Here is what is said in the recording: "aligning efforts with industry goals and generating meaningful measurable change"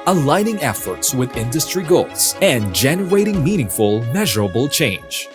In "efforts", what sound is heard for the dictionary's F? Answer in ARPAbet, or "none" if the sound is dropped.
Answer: F